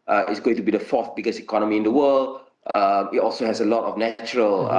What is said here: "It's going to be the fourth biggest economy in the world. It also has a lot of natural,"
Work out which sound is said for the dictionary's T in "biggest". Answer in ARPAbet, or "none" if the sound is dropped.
none